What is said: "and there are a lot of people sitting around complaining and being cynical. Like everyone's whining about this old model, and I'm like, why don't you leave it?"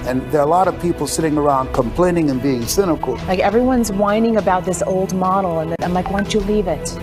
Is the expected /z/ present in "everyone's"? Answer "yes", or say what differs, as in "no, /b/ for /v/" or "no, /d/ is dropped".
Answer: yes